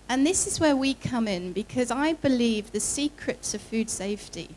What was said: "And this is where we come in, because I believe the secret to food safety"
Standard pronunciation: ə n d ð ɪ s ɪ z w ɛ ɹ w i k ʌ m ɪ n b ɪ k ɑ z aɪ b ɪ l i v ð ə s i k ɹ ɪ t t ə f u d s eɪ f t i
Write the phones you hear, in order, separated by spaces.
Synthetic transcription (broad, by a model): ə n ð ɪ s ɪ z w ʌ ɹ w i k ʌ m ɪ n b ɪ k ɑ z aɪ b ɪ l i v ð ə s i k ɹ ɪ t s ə f u d s eɪ f t i